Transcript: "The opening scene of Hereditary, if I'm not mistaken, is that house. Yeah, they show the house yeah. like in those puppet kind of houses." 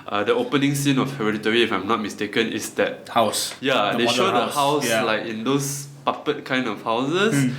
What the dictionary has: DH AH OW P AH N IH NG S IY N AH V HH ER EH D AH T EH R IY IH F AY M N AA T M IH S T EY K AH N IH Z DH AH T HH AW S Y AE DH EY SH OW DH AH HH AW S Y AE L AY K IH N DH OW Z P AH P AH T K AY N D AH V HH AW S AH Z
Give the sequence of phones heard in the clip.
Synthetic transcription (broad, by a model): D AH OW P AH N IH NG S IY N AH F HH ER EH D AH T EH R IY F AY M N AA T M IH S T EY K AH N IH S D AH T HH AW S Y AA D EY SH OW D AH HH AW S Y L AY K IH N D OW S P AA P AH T K AY N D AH F HH AW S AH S